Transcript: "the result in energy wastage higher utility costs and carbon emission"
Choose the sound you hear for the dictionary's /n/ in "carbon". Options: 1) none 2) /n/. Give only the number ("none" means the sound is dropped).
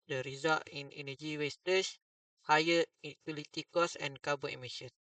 1